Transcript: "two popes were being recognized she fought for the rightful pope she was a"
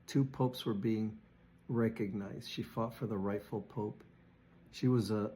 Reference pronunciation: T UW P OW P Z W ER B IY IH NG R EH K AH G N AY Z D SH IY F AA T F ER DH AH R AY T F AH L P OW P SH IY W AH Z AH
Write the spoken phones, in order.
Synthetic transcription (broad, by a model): T UW P OW P S W ER B IY IH NG R EH K AH G N AY Z D SH IY F AA T F ER DH AH R AY T F L P OW P SH IY W AH Z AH